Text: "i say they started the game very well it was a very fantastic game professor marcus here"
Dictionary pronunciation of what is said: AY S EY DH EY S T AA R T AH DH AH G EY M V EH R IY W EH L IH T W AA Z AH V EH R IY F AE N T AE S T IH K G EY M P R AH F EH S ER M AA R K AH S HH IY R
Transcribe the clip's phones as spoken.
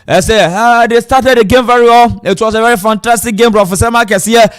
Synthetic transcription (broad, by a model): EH S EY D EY S T AA T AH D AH G EY M V EH R IY W EH L IH T W AA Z AH V EH R IY F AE N T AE S T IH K G EY M B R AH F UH S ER M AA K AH S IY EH